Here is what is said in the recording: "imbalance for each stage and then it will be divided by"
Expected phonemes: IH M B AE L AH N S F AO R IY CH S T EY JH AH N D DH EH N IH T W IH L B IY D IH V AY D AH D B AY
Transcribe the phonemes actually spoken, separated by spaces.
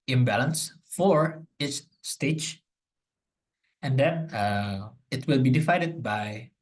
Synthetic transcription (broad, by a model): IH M B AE L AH N S F AO R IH S S T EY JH AH N D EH N IH T W IH L B IY D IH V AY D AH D B AY